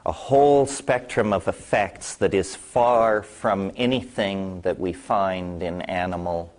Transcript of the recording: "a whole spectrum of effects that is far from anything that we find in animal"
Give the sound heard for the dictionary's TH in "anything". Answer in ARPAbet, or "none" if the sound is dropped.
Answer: TH